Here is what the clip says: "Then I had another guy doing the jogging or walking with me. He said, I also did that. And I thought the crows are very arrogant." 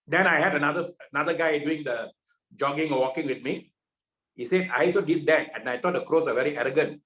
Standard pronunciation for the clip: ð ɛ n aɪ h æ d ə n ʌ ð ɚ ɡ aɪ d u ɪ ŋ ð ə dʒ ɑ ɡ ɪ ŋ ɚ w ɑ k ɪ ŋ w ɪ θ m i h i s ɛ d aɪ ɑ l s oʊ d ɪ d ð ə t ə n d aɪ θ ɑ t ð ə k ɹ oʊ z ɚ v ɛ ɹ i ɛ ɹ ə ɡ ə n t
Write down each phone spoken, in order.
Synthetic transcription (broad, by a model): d ɛ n aɪ h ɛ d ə n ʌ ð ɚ ɡ aɪ d u ɪ ŋ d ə dʒ ɑ ɡ ɪ ŋ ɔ w ɑ k ɪ ŋ w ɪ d m i h i s ɛ d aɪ ɑ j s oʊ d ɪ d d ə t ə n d aɪ t ɑ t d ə k ɹ oʊ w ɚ v ɛ ɹ i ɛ ɹ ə ɡ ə n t